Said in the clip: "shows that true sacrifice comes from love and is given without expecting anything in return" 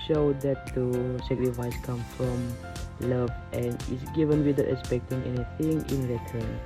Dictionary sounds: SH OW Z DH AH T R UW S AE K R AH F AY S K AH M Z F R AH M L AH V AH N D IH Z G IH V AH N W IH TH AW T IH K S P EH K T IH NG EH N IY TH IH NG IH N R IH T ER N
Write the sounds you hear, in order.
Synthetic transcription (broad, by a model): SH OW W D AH T UW S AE K R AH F AY S K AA M F R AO M L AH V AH N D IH S G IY V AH N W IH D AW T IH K S P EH K T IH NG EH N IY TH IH NG IH N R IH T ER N